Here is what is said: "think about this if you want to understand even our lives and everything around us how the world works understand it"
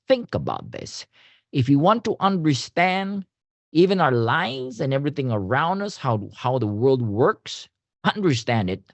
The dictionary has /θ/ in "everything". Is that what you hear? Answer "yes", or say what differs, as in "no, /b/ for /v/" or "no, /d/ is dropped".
yes